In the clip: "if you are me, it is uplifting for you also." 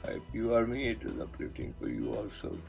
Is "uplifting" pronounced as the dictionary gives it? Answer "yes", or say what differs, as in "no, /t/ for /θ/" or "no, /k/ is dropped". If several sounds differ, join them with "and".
no, /f/ is dropped